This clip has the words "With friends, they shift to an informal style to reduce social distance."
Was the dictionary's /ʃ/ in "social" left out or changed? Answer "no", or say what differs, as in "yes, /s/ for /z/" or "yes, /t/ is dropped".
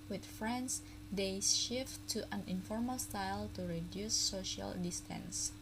no